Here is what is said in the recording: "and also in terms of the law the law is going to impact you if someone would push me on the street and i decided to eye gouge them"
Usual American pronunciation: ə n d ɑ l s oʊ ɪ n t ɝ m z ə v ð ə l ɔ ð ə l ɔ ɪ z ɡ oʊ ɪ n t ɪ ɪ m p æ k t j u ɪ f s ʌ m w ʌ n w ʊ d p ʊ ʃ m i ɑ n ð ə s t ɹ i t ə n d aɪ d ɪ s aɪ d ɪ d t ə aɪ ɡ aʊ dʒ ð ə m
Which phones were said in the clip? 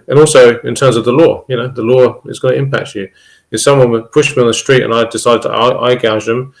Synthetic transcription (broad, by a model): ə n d ɑ l s oʊ ɪ n t ɝ m z ə v ð ə l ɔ ð ə l ɔ ɪ z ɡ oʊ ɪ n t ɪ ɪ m p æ k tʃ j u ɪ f s ʌ m w ʌ n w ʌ p ʊ ʃ m i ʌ n ð ə s t ɹ i t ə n aɪ d ɪ s aɪ d ɪ d t ə aɪ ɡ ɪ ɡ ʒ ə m